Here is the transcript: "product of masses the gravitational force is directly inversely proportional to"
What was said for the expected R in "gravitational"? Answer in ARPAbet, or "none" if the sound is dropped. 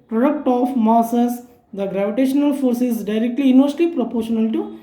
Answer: R